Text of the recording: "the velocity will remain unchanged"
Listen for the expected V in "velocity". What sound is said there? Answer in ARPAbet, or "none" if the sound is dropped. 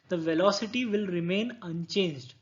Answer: V